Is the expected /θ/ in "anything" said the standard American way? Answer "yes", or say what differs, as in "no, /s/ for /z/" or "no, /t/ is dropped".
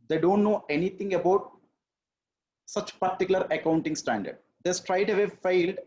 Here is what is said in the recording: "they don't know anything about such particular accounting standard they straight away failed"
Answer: no, /t/ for /θ/